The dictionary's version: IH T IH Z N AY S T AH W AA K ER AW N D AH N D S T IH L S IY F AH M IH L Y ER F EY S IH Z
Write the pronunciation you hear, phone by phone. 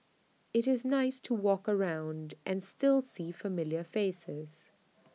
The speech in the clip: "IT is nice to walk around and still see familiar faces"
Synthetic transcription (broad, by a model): IH T IH Z N AY S T AH W AA K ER AW N D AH N S T IH L S IY F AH M IH L Y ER F EY S IH Z